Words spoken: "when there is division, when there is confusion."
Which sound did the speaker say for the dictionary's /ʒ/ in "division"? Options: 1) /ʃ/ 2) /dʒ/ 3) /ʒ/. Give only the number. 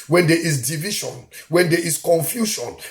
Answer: 1